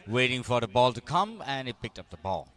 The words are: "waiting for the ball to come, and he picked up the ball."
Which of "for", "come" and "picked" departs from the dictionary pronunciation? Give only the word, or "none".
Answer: none